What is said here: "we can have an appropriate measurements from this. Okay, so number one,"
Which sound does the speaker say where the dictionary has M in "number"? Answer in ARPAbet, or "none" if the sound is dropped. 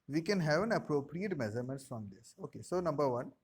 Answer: M